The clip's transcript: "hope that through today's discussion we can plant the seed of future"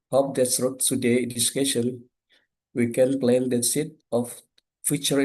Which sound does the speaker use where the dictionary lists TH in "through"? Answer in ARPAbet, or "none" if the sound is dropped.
S